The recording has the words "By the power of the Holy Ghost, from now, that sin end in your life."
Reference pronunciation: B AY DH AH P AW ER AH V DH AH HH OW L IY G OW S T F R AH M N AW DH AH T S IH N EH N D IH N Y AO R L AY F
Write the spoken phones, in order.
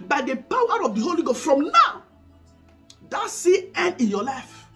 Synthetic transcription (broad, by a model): B AY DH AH P AW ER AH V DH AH HH OW L IY G OW S T F R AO M N AW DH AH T S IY EH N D IH N Y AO L AY F